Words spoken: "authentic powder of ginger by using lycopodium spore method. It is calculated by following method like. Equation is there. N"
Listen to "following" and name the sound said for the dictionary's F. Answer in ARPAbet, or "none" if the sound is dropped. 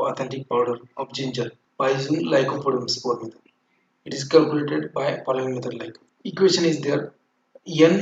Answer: P